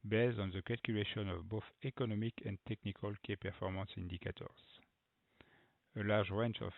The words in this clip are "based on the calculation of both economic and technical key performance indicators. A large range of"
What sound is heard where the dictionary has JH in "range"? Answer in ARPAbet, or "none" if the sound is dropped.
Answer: CH